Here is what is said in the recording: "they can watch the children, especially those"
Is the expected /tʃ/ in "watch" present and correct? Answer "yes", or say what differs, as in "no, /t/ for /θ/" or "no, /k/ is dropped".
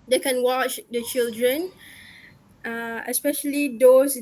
yes